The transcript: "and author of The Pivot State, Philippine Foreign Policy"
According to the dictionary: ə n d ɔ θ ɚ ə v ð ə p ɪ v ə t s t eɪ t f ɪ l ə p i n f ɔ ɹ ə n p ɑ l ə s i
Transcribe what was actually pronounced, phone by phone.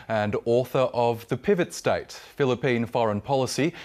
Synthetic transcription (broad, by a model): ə n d ɔ θ ɚ ə v ð ə p ɪ v ə t s t eɪ t f ɪ l ə p i n f ɔ ɹ ə n p ɑ l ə s i